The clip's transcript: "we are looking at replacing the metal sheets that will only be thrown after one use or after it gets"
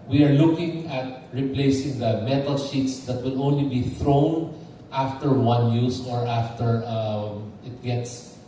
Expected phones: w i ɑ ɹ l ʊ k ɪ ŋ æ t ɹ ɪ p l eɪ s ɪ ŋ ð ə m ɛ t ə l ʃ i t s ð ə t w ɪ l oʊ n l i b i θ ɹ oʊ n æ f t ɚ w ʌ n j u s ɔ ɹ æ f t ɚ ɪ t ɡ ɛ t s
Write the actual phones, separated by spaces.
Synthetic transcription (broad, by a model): w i ɑ ɹ l ʊ k ɪ ŋ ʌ t ɹ ɪ p l eɪ s ɪ ŋ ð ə m ɛ t ə l ʃ i t s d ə t w ɪ l oʊ n l i b i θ ɹ oʊ n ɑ f t ɚ w ʌ n j u s ɔ ɹ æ f t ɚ ɪ t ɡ ɛ t s